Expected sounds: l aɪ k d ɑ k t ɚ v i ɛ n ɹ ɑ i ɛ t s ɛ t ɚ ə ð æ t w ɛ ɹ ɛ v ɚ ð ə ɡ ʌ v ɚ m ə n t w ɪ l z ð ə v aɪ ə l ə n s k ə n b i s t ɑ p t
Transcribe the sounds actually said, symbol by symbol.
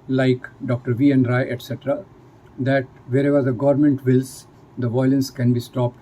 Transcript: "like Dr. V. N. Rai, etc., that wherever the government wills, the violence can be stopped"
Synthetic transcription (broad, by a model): l aɪ k d ɑ k t ɚ v i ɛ n ɹ ɑ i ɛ t s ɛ t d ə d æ t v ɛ ɹ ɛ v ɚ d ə ɡ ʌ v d m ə n t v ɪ l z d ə v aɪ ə l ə n s k ə n b i s t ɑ p t